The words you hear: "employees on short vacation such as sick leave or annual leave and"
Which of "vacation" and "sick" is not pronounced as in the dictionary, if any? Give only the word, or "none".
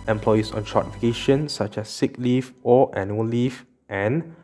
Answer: vacation